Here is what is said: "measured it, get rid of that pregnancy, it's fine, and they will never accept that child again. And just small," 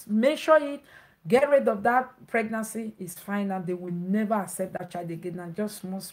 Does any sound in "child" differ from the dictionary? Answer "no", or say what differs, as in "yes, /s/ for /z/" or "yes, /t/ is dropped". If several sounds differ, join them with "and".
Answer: yes, /l/ is dropped